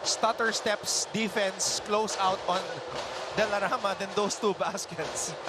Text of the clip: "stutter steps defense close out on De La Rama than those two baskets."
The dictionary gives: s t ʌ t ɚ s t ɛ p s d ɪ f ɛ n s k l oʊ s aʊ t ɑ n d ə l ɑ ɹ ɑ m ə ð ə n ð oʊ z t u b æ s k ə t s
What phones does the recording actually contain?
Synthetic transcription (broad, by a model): s t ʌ t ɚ s t ɛ p s d ɪ f ɛ n s k l oʊ s aʊ t ɑ n d ə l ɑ ɹ ɑ m ə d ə n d oʊ s t u b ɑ s k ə t s